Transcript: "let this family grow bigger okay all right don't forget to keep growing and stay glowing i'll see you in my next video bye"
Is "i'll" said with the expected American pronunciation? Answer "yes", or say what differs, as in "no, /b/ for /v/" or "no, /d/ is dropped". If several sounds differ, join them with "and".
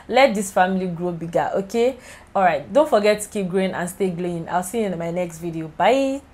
yes